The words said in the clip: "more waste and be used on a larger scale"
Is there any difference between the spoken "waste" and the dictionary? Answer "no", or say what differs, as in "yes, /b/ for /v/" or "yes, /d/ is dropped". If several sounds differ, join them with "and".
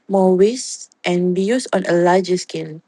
no